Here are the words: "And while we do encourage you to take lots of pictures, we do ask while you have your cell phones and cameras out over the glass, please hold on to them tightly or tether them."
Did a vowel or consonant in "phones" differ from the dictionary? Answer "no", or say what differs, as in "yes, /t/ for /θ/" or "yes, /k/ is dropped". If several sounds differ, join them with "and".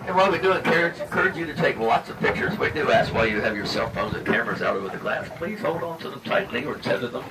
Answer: no